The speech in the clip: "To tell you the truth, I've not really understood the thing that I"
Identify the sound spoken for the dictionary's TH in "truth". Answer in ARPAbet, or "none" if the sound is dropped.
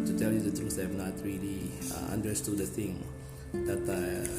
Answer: S